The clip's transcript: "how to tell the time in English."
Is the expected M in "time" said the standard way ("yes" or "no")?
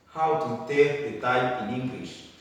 no